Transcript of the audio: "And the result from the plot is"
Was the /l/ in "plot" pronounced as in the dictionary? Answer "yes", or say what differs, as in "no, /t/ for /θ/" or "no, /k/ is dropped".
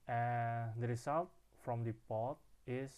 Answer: no, /l/ is dropped